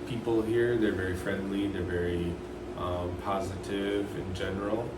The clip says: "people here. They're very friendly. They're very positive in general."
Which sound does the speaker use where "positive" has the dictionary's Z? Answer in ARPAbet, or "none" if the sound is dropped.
Z